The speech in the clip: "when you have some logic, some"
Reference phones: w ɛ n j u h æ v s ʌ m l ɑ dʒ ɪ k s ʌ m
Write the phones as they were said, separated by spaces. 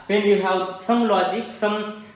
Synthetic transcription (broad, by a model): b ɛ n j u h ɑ w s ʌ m l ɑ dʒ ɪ k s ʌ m